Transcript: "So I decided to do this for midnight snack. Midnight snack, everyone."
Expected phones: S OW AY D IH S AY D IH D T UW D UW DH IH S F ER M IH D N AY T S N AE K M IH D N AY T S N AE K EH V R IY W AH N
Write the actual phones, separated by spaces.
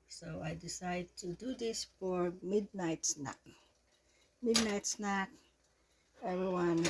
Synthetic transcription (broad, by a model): S OW AY D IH S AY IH D T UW D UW DH IH S F ER M IH D N AY T S N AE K M IH D N AY T S N AE K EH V R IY W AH N